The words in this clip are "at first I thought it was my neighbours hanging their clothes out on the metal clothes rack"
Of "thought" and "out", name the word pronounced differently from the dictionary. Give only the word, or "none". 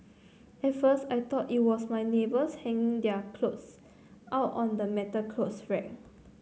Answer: thought